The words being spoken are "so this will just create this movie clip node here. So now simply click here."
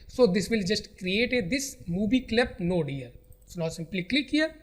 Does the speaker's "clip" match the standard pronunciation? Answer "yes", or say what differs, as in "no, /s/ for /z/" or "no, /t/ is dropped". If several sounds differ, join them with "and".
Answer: yes